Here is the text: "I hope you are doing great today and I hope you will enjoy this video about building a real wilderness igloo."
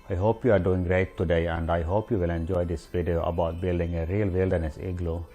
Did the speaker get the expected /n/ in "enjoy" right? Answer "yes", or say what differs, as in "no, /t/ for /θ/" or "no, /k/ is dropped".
yes